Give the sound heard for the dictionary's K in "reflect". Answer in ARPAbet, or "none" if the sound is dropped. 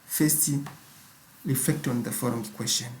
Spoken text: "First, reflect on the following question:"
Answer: K